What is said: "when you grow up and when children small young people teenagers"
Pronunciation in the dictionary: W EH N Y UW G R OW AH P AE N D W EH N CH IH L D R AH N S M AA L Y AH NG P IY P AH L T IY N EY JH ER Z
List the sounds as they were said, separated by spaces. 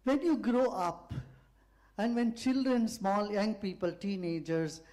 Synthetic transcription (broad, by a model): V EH N Y UW G R OW AH P AE N D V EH N CH IH L D R AH N S M AA L Y AH NG P IY P AH L T IY N EY JH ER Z